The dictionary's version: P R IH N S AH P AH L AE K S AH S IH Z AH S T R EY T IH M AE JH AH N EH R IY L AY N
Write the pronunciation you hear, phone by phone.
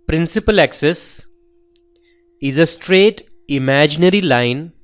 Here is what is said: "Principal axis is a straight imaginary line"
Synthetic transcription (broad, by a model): P R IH N S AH P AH L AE K S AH S IH Z AH S T R EY T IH M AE JH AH N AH R IY L AY N